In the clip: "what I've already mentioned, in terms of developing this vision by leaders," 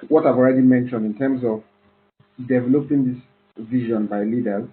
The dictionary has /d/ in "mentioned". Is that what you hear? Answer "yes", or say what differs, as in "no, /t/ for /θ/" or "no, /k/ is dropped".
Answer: yes